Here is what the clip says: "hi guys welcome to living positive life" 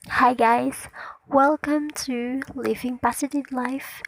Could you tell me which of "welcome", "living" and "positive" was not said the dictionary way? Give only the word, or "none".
positive